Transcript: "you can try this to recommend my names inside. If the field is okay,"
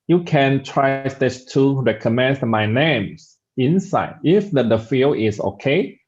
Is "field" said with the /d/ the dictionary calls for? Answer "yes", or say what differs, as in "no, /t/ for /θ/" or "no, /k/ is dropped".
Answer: no, /d/ is dropped